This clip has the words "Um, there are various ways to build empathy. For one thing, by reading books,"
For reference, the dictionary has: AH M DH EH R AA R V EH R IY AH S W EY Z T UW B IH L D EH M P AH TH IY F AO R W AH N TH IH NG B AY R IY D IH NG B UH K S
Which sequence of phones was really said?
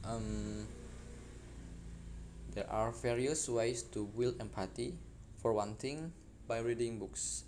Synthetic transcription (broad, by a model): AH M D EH R AA R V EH R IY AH S W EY S T UW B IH L EH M P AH T IY F AO R W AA N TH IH NG B AY R IY D IH NG B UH K S